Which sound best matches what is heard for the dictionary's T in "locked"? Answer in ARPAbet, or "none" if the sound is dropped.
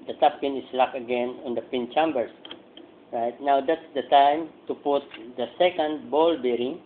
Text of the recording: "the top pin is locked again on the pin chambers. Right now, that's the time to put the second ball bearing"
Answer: none